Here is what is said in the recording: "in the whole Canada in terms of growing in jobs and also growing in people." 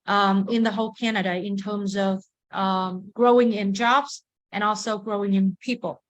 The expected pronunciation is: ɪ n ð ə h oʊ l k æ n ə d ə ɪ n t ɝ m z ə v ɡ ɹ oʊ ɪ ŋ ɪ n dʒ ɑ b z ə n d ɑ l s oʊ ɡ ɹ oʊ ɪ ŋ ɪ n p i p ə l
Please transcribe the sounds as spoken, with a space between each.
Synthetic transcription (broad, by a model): ɪ n ð ə h oʊ l k æ n ə d ə ɪ n t ɝ m z ə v ɡ ɹ oʊ ɪ ŋ ɪ n dʒ ɑ b z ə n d ɑ l s oʊ ɡ ɹ oʊ ɪ ŋ ɪ n p i p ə l